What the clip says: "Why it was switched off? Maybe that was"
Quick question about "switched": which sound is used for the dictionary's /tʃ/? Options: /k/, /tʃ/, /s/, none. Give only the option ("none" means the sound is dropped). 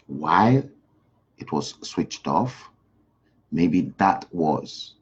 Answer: /tʃ/